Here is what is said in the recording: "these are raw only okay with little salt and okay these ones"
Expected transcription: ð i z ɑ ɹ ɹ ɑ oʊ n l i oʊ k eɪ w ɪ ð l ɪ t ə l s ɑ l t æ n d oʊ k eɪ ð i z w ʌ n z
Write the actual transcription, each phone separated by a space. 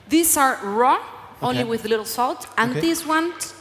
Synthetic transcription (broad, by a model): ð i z ɑ ɹ ɹ ɑ oʊ n l i w ɪ ð l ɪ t l s ɑ l t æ n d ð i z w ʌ n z